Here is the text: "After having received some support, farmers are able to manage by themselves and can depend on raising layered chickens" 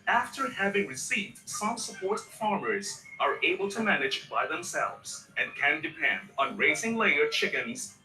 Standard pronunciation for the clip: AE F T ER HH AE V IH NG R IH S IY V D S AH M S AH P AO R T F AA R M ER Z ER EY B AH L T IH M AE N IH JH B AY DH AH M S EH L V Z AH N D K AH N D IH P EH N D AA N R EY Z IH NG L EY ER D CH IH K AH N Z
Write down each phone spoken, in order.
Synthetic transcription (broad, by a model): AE F T ER HH AE V IH NG R IH S IY V D S AH M S AH P AO R T F AA R M ER Z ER EY B AH L T IH M AE N IH JH B AY DH AH M S EH L V Z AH N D K AH N D IH P EH N D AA N R EY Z IH NG L EY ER CH IH K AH N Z